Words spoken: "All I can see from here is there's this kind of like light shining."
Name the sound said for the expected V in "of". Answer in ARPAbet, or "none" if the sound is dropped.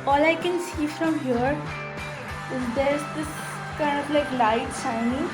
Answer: P